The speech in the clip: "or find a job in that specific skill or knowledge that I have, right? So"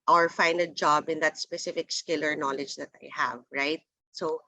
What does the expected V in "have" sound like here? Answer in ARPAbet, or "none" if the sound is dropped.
V